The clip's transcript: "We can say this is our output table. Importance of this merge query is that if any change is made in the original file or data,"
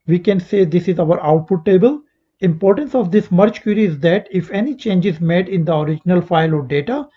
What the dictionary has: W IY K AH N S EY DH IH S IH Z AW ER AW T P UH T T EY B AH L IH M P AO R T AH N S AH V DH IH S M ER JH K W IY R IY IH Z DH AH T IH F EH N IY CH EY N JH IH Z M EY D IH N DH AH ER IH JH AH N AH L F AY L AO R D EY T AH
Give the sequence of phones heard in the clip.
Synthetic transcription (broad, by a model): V IY K AH N S EY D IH S IH Z AW ER AW T P UH T T EY B AH L IH M P AO R T AH N S AH V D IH S M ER CH K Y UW R IY IH Z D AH T IH F EH N IY CH EY N JH IH Z M EY D IH N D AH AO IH JH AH N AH L F AY L AO R D EY T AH